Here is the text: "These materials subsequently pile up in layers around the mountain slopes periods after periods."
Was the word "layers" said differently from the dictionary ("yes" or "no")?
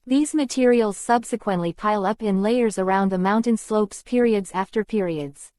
no